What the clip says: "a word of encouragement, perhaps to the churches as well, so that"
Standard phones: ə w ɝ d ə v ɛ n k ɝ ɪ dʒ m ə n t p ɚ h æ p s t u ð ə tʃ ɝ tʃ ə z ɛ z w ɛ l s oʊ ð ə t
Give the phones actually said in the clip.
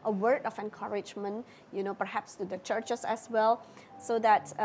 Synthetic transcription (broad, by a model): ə w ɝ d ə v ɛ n k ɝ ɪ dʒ m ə n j p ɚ h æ p s t u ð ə tʃ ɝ tʃ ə s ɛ s w ɛ l s oʊ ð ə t